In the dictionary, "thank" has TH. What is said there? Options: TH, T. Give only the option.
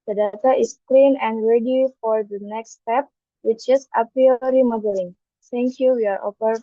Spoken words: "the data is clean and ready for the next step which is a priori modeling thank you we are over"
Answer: T